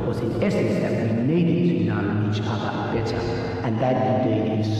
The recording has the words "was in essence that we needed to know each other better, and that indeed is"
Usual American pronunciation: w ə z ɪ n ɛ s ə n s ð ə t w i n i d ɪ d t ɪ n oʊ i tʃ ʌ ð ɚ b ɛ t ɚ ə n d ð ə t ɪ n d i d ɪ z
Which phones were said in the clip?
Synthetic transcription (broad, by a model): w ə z ɪ n ɛ s ə n s ð ə t w i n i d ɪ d t ɪ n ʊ i tʃ ʌ ð ɚ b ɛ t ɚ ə n ð ə t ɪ d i ɪ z